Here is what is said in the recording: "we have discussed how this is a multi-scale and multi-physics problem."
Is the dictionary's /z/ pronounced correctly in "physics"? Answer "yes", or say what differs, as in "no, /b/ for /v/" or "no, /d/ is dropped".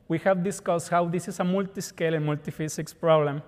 no, /s/ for /z/